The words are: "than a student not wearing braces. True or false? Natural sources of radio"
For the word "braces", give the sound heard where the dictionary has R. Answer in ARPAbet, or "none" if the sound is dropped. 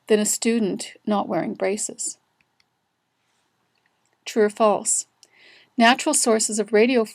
R